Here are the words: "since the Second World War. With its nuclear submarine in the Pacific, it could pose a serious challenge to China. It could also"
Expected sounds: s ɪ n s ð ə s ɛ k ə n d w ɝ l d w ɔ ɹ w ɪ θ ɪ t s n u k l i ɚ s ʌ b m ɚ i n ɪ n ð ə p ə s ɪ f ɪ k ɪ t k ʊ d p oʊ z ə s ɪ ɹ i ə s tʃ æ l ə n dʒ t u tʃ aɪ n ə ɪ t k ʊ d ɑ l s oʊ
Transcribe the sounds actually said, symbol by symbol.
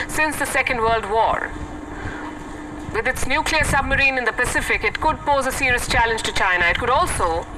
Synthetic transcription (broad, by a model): s ɪ n s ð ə s ɛ k ə n d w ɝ l d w ɔ ɹ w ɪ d ɪ t s n u k l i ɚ s ʌ b m ɚ i n ɪ n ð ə p ə s ɪ f ɪ k ɪ t k ʊ d p oʊ z ə s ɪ ɹ i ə s tʃ æ l ə n dʒ t u tʃ aɪ n ə ɪ t k ʊ d ɑ l s oʊ